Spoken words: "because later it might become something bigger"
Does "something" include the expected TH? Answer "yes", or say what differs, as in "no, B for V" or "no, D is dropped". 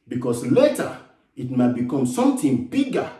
no, T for TH